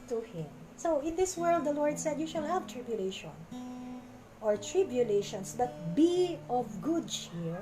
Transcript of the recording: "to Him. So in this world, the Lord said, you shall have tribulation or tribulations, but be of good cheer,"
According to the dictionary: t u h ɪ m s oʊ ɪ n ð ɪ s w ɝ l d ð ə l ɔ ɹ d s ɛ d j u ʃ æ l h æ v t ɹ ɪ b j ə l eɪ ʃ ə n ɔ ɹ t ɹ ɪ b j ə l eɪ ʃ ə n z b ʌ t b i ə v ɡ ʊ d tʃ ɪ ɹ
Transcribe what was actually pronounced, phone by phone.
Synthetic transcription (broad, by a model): t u h ɪ m s oʊ ɪ n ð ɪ s w ɝ l d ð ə l ɔ ɹ d s ɛ d j u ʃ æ l h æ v t ɹ ɪ b j ə l eɪ ʃ ə n ɔ ɹ t ɹ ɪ b j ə l eɪ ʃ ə n s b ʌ t b i ə v ɡ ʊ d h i ɹ